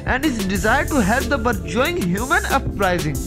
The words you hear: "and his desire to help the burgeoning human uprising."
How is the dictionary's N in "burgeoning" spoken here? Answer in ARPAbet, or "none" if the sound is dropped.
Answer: none